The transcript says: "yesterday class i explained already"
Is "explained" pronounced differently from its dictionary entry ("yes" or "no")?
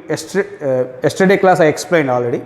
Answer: no